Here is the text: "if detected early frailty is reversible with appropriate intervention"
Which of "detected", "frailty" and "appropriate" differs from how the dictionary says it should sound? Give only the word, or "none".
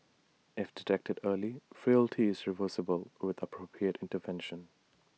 none